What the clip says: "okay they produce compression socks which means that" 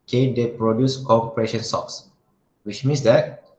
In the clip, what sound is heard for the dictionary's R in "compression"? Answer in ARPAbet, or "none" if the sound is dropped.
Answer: R